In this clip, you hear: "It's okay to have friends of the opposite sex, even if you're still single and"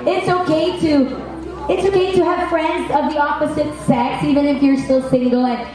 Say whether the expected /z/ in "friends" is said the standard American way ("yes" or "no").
yes